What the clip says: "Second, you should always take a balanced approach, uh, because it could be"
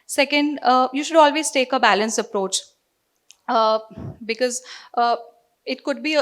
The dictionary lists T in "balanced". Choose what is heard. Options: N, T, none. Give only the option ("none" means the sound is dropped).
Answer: none